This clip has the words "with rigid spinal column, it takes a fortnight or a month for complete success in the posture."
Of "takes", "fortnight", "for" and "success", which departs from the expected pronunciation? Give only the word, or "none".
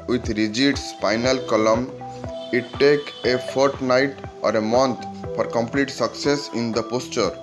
takes